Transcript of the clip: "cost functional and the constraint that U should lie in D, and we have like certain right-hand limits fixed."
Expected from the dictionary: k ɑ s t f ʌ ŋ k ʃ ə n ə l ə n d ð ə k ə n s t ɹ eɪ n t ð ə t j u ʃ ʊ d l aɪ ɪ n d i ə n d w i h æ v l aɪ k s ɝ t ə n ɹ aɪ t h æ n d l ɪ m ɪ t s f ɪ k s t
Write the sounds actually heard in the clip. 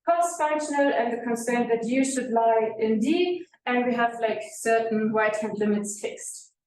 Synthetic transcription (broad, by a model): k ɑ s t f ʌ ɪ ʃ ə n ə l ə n ð ə k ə n s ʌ ɹ n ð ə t j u ʃ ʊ d l aɪ ɪ n d i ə n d w i h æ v l aɪ k s ɝ t n w aɪ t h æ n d l ɪ m ɪ t s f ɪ k s t